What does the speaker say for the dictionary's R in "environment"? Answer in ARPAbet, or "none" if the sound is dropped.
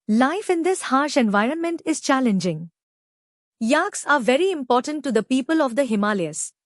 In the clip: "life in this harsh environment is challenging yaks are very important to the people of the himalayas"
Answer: R